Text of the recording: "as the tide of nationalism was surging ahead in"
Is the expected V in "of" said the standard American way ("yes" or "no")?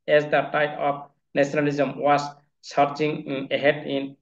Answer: no